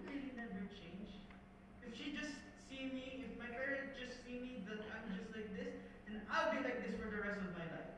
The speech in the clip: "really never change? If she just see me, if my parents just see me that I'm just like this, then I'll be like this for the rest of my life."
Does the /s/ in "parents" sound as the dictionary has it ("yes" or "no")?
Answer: no